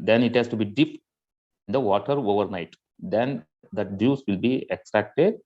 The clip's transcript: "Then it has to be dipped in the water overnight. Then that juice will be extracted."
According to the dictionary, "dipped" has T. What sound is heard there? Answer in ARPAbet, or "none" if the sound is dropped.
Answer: none